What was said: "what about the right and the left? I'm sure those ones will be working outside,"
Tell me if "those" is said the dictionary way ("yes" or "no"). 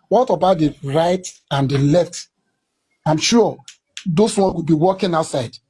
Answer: no